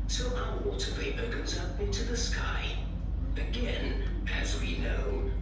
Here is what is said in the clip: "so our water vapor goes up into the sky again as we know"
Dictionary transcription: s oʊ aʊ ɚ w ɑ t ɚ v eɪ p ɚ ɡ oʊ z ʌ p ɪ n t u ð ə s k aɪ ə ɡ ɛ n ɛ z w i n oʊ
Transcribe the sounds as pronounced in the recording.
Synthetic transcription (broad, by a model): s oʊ aʊ ɚ w ɑ t ɚ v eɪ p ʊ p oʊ z ʌ p ɪ n t u ð ə s k aɪ ə ɡ ɛ n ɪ z w i n oʊ